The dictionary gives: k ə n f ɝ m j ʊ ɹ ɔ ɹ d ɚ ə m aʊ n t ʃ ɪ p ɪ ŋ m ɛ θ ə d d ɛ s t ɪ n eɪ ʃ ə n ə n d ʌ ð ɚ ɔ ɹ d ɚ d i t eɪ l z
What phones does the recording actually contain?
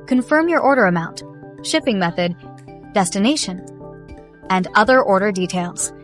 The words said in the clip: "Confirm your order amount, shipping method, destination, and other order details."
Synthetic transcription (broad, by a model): k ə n f ɝ m j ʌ ɹ ɔ ɹ d ɚ ə m aʊ n t ʃ ɪ p ɪ ŋ m ɛ θ ə d d ɛ s t ɪ n eɪ ʃ ə n ə n d ʌ ð ɚ ɔ ɹ d ɚ d i t eɪ l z